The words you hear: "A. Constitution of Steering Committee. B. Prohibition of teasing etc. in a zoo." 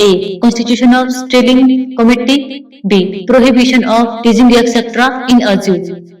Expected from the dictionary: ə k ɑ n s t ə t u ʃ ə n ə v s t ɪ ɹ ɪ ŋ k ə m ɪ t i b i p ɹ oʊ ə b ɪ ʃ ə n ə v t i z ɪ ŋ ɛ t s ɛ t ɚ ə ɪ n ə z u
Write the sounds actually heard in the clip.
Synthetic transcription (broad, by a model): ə k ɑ n s t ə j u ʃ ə n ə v s t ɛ l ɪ ŋ k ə m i t i b i p ɹ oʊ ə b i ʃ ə n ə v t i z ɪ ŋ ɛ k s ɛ t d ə ɪ n ə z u